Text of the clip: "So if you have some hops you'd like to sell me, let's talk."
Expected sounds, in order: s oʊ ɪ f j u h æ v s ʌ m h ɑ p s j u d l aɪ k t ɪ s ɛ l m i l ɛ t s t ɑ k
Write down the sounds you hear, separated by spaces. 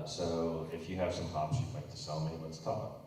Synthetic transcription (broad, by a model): s oʊ ɪ f j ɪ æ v s ʌ m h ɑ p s j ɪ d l aɪ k t ɪ s ɛ l m i w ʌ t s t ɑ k